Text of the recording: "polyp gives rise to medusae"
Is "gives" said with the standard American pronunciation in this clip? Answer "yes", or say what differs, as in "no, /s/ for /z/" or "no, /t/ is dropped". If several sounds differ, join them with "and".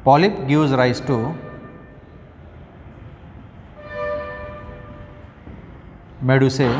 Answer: no, /w/ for /v/